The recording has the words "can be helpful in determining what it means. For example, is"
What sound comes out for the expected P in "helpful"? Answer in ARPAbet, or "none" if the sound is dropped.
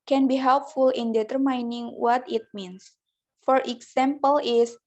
P